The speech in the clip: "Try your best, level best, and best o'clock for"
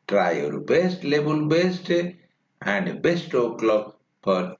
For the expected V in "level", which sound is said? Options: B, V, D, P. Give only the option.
B